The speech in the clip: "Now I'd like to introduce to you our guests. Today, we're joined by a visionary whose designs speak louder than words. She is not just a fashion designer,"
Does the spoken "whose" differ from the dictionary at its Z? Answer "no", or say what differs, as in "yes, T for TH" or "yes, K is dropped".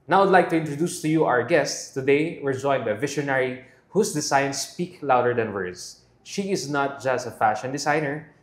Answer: yes, S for Z